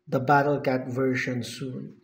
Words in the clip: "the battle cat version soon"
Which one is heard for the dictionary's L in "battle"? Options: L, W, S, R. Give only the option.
L